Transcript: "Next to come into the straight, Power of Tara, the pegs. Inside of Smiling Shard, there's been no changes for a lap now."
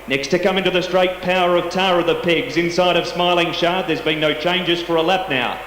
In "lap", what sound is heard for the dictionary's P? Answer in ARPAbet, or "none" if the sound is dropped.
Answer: P